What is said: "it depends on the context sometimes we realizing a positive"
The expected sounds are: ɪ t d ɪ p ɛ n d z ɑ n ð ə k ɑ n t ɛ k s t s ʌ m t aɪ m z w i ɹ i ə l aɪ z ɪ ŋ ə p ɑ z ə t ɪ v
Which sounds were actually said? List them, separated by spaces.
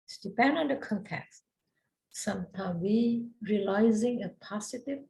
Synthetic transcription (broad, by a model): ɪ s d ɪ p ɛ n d ɑ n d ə k ɑ n t ɛ k s t s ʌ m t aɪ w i ɹ i ə l aɪ z ɪ ŋ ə p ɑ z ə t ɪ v